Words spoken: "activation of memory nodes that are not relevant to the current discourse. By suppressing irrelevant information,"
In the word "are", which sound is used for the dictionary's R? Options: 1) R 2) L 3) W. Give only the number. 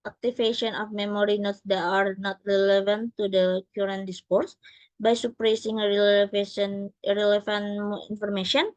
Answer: 1